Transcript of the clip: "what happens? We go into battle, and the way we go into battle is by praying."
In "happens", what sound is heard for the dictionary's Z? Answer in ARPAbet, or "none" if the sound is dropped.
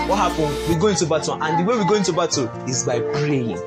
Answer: none